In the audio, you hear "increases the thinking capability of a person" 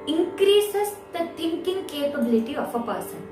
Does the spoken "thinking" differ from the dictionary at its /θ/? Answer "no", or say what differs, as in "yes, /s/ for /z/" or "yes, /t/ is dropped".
yes, /t/ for /θ/